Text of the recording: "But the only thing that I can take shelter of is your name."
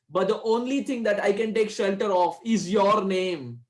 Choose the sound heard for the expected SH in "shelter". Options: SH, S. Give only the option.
SH